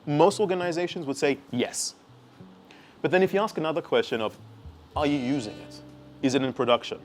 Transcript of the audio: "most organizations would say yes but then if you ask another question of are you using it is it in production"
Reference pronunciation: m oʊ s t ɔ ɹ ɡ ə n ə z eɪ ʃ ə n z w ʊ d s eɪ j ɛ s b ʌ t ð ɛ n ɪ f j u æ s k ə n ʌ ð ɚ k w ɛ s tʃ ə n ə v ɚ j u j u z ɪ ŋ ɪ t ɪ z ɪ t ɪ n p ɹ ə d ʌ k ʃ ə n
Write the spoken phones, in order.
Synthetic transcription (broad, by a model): m oʊ s t ɔ ɹ ɡ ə n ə z eɪ ʃ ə n z w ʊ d s eɪ j ɛ s b ʌ t ð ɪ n ɪ f j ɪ æ s k ə n ʌ ð ɚ k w ɛ s tʃ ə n ə v ɚ j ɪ j u z ɪ ŋ ɪ t ɪ z ɪ t ɪ n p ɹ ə d ʌ k ʃ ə n